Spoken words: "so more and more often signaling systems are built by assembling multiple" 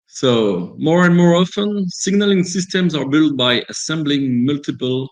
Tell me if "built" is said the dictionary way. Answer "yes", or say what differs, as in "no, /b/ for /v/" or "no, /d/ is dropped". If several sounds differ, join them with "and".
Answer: yes